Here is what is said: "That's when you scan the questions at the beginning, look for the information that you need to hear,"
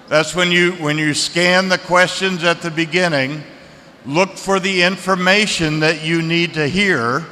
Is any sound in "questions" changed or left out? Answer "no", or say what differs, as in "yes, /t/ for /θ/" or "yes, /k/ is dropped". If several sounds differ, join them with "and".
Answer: no